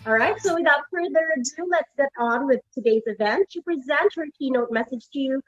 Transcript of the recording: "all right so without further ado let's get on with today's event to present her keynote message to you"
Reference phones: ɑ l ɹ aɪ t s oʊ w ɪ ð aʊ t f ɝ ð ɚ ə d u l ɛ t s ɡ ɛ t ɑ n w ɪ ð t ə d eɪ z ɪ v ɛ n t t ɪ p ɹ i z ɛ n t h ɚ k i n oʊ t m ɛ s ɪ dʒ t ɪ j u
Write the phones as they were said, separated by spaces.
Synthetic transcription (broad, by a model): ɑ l ɹ aɪ t s oʊ w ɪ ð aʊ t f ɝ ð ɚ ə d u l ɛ t s ɡ ɛ t n w ɪ ð t ə d eɪ z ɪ v ɛ n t t ɪ p ɹ i z ɛ n t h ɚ k i n oʊ t m ɛ s ɪ dʒ t ɪ j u